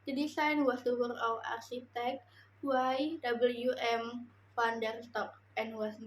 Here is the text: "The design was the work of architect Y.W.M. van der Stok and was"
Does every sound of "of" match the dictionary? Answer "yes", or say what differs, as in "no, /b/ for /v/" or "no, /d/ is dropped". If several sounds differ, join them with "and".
no, /w/ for /v/